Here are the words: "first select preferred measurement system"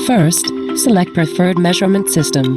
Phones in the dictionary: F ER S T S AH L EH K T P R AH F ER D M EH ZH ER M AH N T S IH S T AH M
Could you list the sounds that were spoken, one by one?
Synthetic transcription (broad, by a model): F ER S T S AH L EH K T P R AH F ER D M EH ZH ER M AH N T S IH S T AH M